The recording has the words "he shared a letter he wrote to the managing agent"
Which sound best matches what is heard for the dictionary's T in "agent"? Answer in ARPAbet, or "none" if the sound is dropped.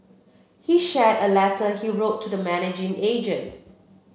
T